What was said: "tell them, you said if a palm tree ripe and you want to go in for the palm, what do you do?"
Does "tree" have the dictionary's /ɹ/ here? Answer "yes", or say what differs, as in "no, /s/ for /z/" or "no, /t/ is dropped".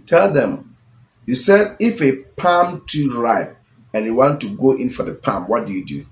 no, /ɹ/ is dropped